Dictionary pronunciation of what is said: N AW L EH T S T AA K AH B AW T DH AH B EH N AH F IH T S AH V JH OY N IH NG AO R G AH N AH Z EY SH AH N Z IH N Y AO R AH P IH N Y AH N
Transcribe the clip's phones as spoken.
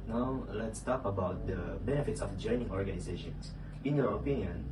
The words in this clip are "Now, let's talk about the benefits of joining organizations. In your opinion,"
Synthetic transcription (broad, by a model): N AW L EH T S T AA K AH B AW T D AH B EH N AH F IH T S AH F JH OY N IH NG AO R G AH N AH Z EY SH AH N S IH N Y AO R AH P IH N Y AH N